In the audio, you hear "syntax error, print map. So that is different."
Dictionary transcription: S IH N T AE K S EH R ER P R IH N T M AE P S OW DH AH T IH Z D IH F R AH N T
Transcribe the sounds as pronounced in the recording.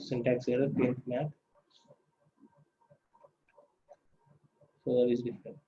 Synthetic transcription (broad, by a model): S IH N T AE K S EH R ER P IH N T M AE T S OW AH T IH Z D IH F R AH N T